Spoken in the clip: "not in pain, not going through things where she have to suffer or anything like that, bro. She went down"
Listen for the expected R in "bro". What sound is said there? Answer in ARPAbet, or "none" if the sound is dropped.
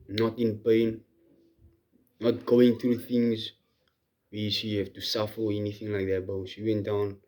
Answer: none